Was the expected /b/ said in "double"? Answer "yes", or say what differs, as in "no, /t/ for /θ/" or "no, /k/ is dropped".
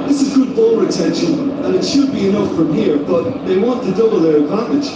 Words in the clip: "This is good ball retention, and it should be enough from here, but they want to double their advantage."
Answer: no, /b/ is dropped